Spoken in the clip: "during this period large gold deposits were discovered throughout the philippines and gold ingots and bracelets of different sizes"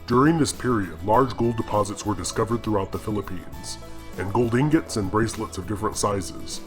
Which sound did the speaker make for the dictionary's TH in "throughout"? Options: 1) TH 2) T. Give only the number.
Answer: 1